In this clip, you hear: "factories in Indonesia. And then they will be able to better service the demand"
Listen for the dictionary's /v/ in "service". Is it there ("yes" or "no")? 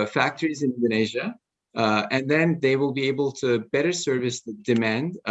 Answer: yes